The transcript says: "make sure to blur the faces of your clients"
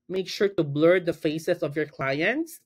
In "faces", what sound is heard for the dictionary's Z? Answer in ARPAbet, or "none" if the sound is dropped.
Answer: S